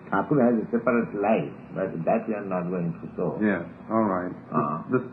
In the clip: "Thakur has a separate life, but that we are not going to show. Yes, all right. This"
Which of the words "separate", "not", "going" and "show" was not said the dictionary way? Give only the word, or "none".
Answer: show